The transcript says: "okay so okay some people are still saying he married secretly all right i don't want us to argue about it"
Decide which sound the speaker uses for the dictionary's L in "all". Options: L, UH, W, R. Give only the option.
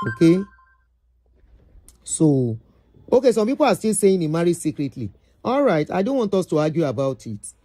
L